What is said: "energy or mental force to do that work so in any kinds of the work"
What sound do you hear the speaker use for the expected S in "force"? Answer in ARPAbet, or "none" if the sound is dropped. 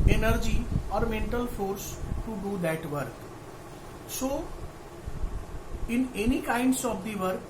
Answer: S